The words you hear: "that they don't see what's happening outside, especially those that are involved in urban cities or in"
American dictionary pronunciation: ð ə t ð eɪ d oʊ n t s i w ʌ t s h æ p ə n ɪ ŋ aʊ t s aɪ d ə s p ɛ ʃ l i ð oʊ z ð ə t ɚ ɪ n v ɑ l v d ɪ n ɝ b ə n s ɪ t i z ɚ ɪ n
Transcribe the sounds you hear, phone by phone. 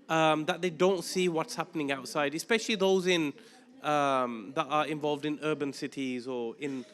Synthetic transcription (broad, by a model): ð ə t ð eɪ d oʊ n t s i w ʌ t s h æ p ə n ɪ ŋ aʊ t s aɪ d ə s p ɛ ʃ l i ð oʊ z ð ə t ɚ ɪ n v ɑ l v d ɪ n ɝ b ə n s ɪ t i z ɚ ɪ n